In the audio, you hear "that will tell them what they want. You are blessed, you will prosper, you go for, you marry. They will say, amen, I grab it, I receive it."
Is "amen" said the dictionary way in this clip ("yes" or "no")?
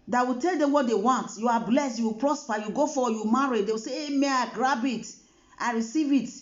no